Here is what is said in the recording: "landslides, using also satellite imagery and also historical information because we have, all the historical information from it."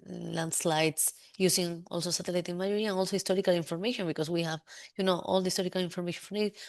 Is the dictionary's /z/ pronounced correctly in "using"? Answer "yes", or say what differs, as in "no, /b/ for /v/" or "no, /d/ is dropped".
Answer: no, /s/ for /z/